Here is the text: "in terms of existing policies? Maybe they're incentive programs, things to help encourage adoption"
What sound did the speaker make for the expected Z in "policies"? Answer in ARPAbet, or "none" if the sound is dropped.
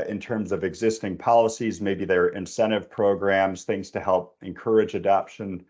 Z